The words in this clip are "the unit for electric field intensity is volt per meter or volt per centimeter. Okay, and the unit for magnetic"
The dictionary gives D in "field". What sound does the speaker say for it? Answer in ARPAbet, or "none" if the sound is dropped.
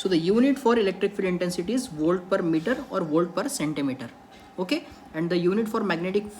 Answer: none